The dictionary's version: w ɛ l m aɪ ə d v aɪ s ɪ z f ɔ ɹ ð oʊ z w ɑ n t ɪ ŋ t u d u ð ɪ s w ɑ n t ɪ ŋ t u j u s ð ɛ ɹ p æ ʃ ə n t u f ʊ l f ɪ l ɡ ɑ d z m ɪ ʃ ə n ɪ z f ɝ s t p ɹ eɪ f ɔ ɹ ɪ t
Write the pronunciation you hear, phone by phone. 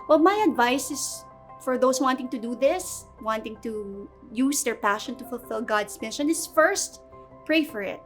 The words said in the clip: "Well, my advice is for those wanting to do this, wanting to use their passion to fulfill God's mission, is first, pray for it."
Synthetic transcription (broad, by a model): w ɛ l m aɪ ə d v aɪ s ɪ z f ɔ ɹ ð oʊ s w ɑ n t ɪ ŋ t u d u ð ɪ s w ɑ n t ɪ ŋ t u j u s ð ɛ ɹ p æ ʃ ə n t u f ʊ l f ɪ l ɡ ɑ d s m ɪ ʃ ə n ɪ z f ɝ s t p ɹ eɪ f ɔ ɹ ɪ t